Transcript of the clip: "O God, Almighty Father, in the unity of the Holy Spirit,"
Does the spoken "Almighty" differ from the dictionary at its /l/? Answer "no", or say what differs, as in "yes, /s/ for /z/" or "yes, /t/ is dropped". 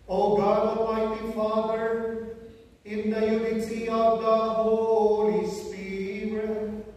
yes, /l/ is dropped